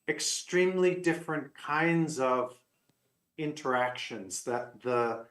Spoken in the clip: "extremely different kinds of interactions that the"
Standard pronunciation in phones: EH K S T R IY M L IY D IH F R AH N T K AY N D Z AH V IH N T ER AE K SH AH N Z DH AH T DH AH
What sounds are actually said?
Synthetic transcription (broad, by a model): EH K S T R IY M L IY D IH F R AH N K AY N D Z AH V IH N T ER AE K SH AH N Z DH AH T DH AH